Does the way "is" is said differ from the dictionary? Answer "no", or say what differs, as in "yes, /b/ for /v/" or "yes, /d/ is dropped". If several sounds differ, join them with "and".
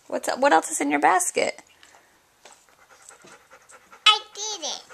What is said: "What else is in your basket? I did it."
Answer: yes, /s/ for /z/